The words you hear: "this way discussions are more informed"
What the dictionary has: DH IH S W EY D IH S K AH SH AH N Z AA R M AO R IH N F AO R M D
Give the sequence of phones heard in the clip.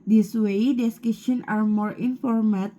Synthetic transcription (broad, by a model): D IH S W EY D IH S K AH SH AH N AA R M AO R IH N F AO R M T